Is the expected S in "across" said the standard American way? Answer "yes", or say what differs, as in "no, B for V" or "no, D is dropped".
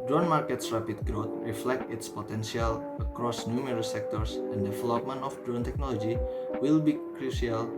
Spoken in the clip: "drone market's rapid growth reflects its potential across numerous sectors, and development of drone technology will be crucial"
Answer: yes